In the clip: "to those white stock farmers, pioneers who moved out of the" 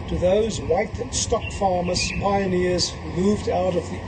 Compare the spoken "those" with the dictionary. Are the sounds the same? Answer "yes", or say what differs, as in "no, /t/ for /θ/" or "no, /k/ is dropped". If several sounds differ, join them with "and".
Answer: yes